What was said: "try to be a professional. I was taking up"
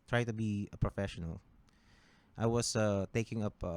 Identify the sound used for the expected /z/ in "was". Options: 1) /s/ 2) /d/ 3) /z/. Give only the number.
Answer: 1